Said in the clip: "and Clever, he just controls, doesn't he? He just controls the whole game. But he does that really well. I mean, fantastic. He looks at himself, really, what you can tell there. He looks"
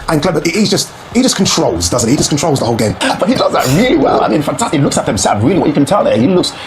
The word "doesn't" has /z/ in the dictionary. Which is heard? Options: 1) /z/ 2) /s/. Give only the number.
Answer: 1